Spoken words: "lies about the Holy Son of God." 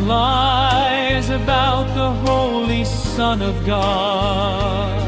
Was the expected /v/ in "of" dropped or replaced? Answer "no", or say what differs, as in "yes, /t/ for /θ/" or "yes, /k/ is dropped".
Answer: no